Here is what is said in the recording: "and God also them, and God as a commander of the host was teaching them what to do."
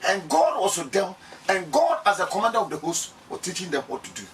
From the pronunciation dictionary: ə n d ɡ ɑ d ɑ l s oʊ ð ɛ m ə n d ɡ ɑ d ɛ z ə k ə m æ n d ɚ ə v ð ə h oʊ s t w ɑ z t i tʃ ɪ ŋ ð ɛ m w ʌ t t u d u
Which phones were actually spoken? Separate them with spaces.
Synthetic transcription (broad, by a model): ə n ɡ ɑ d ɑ s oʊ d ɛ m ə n ɡ ɑ d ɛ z ə k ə m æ n d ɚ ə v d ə h oʊ s t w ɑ t i tʃ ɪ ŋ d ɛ m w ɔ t t u d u